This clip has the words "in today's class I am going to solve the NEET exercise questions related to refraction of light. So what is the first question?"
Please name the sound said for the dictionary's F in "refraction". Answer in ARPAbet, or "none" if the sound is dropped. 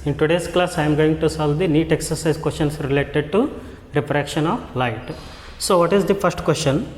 P